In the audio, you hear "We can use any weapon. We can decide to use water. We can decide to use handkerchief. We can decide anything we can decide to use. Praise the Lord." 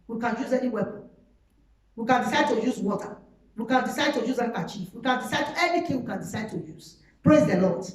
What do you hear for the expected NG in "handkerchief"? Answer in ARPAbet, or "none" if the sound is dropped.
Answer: none